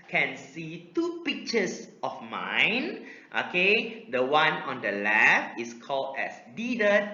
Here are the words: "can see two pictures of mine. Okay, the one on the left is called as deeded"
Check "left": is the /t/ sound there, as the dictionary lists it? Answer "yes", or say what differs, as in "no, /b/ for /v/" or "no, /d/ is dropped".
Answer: no, /t/ is dropped